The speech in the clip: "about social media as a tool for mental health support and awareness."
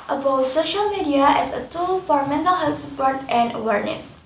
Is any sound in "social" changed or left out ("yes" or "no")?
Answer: no